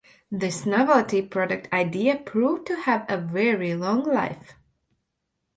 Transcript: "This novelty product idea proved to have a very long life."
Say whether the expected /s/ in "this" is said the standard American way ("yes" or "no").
yes